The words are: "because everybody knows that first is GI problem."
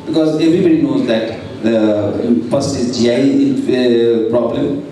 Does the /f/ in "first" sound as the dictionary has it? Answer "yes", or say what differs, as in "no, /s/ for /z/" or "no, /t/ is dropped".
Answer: no, /p/ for /f/